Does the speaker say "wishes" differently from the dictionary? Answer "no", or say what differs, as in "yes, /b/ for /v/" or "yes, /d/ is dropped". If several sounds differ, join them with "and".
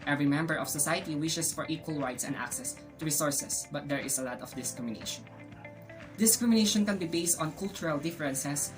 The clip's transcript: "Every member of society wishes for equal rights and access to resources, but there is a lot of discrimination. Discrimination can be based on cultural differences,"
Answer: yes, /s/ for /z/